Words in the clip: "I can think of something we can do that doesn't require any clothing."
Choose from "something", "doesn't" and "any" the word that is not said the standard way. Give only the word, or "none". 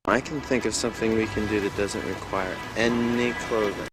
none